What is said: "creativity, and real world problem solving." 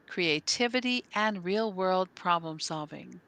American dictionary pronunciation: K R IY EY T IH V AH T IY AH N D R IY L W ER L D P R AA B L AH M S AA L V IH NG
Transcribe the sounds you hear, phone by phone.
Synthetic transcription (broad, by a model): K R IY EY T IH V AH T IY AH N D R IY L W ER L D P R AA B L AH M S AA L V IH NG